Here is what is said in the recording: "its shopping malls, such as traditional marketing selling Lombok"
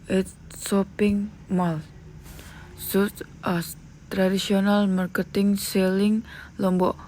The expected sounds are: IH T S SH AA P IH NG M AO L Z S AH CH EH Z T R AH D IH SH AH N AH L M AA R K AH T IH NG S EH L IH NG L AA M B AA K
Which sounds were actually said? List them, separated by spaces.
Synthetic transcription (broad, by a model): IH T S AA P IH NG M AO L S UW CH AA T R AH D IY S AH N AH L M AA R K AH T IH NG S EH L IH NG L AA M B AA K